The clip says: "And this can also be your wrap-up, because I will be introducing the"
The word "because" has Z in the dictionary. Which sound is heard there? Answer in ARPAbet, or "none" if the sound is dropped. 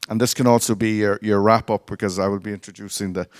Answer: Z